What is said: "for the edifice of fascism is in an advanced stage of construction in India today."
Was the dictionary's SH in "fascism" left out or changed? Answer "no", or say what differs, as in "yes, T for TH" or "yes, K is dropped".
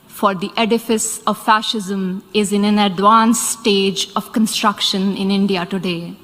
no